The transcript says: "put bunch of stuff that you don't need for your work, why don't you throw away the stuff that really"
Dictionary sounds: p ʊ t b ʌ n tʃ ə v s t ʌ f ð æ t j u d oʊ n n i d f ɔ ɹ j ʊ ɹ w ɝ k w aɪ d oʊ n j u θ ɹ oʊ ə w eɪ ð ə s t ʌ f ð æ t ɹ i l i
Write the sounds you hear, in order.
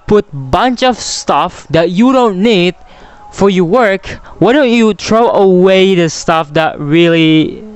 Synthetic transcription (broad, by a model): p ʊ t b ʌ n tʃ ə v s t ʌ f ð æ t j u d oʊ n n i d f ɔ ɹ j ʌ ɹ w ɝ k w aɪ d oʊ n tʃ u t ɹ oʊ ə w eɪ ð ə s t ʌ f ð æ t ɹ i l i